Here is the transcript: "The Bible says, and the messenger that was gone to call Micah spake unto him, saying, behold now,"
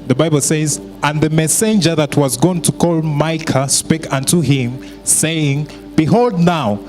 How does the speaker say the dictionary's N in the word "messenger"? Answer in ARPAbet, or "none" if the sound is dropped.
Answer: N